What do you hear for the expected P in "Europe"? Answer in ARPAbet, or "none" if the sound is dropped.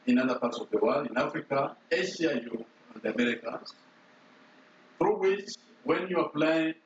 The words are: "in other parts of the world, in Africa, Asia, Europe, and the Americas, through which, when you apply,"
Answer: none